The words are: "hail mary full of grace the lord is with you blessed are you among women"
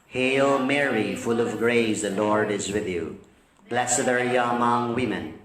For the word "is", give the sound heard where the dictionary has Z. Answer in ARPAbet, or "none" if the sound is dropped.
Z